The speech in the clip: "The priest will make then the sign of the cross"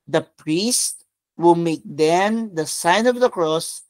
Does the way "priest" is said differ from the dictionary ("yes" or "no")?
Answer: no